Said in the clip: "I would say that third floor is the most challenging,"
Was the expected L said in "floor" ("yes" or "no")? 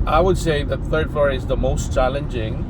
no